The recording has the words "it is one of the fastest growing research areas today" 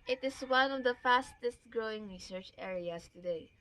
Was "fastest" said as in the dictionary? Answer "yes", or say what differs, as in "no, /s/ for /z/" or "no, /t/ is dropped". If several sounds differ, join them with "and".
yes